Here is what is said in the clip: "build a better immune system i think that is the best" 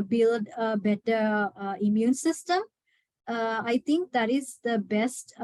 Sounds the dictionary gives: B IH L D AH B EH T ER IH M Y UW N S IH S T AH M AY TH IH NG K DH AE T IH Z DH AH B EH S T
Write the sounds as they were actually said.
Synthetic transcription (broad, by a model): B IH L D AH B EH T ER IH M Y UW N S IH S T AH M AY T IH NG K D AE T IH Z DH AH B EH S T